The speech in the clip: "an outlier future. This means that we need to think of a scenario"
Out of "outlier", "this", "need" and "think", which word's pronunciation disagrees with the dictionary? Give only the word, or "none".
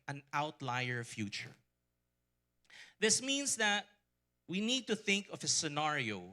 none